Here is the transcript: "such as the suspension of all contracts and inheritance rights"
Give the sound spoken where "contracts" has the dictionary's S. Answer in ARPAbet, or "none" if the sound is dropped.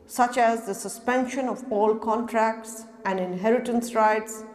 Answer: S